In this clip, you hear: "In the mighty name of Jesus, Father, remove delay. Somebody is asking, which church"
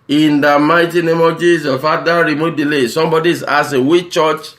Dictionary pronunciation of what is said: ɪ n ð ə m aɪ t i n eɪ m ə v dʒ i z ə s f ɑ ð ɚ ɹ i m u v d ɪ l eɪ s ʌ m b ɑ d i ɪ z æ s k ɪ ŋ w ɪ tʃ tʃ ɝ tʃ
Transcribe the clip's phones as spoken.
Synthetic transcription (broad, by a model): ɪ n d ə m aɪ t i n eɪ m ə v dʒ i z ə f ɑ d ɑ ɹ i m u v d ɪ l eɪ s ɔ m b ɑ d i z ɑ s ɪ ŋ w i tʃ tʃ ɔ tʃ